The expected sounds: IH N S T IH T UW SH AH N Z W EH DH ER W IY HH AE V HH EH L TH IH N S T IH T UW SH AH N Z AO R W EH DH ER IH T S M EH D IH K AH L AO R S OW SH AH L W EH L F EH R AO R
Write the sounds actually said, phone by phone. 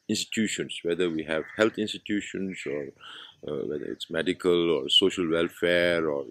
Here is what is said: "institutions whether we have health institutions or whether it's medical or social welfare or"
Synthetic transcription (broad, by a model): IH N S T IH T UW SH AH N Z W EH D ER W IY HH AE V HH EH L T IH N S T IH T UW SH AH N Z AO R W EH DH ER IH T S M EH D IH K AH L AO R S OW SH AH L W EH L F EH R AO R